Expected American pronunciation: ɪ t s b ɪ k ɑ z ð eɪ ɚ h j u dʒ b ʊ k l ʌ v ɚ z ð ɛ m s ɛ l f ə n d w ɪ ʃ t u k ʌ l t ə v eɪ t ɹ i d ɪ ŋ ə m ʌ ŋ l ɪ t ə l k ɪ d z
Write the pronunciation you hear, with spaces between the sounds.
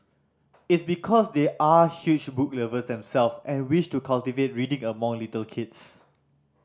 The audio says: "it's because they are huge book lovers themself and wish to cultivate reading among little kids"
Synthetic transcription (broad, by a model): ɪ t s b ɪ k ɑ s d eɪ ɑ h j u tʃ b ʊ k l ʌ v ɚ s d ɛ m s ɛ l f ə n w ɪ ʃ t u k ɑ l t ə v eɪ t ɹ i d ɪ ŋ ə m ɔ ŋ l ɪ t ə l k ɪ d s